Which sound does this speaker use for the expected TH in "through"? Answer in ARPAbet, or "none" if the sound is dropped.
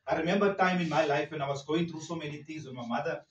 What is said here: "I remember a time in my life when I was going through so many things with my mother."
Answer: T